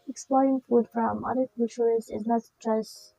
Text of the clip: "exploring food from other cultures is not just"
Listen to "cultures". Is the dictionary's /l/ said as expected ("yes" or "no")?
no